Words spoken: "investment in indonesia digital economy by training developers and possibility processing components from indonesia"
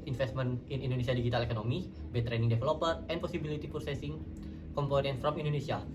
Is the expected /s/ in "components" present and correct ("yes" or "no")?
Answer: no